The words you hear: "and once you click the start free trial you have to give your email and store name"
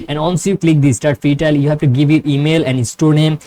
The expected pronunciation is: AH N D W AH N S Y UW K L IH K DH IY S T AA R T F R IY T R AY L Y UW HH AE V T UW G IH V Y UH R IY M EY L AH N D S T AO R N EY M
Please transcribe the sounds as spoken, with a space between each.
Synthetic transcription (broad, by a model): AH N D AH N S Y UW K L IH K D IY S T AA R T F IY T AY L Y UW HH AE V T UW G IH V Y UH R IY M EY L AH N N S T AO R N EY M